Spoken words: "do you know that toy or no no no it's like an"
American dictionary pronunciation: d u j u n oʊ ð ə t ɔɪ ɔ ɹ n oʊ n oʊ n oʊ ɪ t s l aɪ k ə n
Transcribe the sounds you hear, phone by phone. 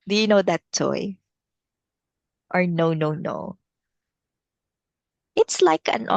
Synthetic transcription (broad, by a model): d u j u n oʊ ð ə t ɔɪ ɔ ɹ n oʊ n oʊ n oʊ ɪ t s l aɪ k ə n